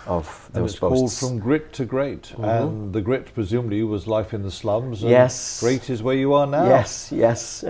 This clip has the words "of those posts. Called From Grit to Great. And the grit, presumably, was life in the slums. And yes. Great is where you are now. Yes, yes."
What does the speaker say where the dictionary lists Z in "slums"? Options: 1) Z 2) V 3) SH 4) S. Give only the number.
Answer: 1